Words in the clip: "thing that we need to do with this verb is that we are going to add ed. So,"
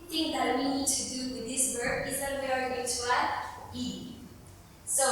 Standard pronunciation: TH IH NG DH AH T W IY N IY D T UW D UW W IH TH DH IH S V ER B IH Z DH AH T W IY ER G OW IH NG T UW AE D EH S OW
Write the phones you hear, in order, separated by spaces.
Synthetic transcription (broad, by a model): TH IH NG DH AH T W IY N IY D T UW D UW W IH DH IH S W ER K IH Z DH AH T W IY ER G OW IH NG T UW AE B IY S OW